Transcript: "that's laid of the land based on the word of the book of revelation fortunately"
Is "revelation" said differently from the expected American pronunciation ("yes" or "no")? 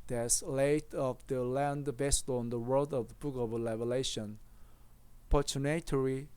yes